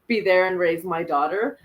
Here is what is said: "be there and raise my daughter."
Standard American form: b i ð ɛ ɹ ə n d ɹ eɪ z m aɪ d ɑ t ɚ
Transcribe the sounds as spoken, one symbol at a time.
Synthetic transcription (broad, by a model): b i ð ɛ ɹ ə n ɹ eɪ z m aɪ d ɑ t ɚ